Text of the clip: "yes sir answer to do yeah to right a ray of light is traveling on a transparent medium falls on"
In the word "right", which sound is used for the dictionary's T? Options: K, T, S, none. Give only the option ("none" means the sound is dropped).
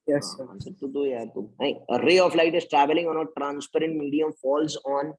none